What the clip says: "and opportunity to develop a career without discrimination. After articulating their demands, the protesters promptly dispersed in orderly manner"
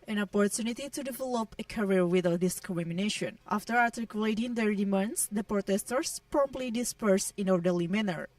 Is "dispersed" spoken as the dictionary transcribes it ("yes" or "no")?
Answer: no